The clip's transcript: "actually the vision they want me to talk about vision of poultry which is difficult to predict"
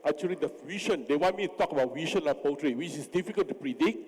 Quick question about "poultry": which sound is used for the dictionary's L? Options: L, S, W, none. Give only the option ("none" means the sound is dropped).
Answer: none